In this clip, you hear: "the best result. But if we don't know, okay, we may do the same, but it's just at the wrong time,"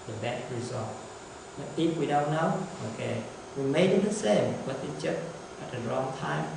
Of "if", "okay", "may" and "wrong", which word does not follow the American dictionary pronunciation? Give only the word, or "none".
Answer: if